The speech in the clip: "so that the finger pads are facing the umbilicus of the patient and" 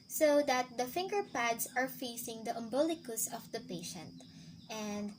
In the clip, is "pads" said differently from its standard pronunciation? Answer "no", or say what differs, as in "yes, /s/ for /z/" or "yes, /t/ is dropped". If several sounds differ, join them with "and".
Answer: yes, /s/ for /z/